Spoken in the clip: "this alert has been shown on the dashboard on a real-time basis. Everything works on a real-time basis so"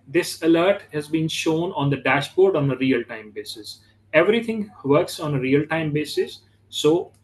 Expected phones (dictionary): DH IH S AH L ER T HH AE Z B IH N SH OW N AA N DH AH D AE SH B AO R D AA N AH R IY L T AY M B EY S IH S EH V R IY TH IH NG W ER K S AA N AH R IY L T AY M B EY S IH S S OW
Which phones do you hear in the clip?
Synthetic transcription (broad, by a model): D IH S AH L ER T HH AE Z B IH N SH OW N AA N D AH D AE SH B AO R D AA N AH R IY L T AY M B EY S IH S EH V R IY T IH NG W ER K S AA N AH R IY L T AY M B EY S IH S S OW